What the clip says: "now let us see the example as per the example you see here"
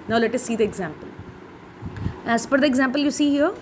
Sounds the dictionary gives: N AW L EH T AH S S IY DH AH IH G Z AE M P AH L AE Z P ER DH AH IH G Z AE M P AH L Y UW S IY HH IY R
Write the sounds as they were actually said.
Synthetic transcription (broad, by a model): N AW L EH T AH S S IY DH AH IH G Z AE M P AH L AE S P ER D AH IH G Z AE M P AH L Y UW S IY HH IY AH